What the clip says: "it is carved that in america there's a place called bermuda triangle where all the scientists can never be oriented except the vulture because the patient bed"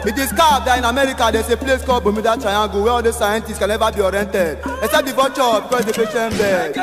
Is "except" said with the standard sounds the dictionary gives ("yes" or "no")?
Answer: no